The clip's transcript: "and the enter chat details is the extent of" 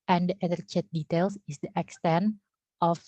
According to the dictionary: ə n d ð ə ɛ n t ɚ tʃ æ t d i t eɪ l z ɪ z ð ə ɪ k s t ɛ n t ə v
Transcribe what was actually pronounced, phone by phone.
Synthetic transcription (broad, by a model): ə n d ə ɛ t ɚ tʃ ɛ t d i t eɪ l s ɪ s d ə ɪ k s t ɛ n t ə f